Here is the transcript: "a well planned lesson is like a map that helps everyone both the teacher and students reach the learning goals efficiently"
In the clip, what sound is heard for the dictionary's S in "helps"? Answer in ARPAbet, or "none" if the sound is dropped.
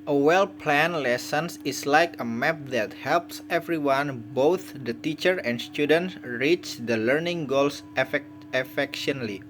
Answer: S